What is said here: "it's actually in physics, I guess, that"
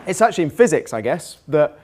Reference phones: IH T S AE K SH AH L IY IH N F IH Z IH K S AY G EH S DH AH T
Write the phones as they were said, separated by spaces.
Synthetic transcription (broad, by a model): IH T S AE K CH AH L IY IH N F IH Z IH K S AY G EH S DH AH T